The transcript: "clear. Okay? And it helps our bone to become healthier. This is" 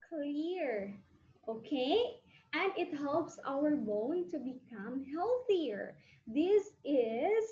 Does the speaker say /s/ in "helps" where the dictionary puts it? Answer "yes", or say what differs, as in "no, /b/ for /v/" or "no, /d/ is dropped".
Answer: yes